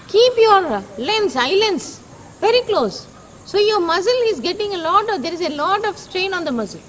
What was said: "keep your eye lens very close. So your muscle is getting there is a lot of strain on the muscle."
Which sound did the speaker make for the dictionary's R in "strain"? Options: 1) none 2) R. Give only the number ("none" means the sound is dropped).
2